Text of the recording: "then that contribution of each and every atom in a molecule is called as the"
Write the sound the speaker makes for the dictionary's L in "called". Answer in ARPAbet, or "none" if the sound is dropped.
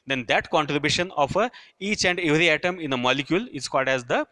L